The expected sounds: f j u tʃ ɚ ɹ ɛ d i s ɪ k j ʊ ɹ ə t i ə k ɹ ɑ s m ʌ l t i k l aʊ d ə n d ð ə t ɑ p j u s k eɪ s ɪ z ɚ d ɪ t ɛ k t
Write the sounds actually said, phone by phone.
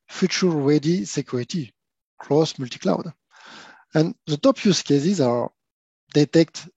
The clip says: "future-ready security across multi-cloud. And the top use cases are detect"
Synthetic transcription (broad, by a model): f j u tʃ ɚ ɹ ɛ d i s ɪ k j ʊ ɹ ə t i k l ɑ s m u l t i k l aʊ d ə n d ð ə t ɑ p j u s k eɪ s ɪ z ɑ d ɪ t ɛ k t